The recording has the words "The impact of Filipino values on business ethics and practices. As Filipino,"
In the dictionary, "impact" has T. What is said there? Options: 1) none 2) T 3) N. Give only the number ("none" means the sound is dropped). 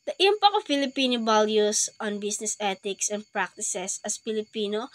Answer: 1